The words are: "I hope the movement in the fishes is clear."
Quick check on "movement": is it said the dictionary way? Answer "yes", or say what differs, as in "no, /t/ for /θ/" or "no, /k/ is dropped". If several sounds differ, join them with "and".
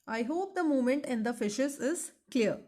no, /v/ is dropped